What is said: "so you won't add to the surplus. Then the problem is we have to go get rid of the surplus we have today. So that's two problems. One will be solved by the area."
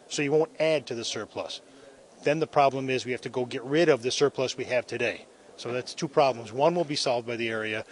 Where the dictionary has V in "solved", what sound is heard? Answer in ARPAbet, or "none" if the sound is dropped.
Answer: V